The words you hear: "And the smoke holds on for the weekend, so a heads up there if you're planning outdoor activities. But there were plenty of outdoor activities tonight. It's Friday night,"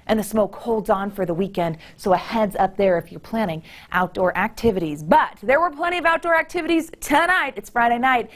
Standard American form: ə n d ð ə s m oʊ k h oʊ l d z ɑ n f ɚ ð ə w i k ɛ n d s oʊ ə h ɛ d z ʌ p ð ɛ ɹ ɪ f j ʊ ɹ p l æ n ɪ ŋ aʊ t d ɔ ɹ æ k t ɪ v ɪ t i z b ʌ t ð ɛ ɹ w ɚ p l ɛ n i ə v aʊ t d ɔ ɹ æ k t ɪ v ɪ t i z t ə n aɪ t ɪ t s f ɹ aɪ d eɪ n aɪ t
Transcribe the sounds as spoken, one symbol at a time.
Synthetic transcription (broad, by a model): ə n ð ə s m oʊ k h oʊ l d z n f ɚ ð ə w i k ɛ n d s oʊ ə h ɛ d z ʌ p ð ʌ ɹ ɪ f j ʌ ɹ p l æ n ɪ ŋ aʊ t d ɔ ɹ æ k t ɪ v ɪ t i z b ʌ t ð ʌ ɹ w ɚ p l ɛ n i ə v aʊ t d ɔ ɹ æ k t ɪ v ɪ t i z t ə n aɪ t ɪ t s f ɹ aɪ d eɪ n aɪ t